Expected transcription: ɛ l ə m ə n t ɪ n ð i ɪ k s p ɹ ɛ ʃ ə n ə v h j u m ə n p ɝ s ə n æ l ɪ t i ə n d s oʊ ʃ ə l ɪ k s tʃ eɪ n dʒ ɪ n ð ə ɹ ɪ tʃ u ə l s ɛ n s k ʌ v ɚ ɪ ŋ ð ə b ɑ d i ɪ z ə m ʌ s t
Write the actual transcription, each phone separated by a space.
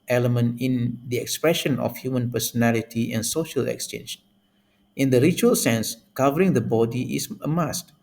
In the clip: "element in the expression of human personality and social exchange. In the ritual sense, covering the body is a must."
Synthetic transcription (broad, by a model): ɛ l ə m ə n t ɪ n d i ɪ k s p ɹ ɛ ʃ ə n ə f h j u m ə n p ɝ s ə n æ l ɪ t i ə n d s oʊ ʃ ə l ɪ k s tʃ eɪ n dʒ ɪ n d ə ɹ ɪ tʃ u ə l s ɛ n s k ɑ v ɚ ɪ ŋ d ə b ɑ d i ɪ s ə m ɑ s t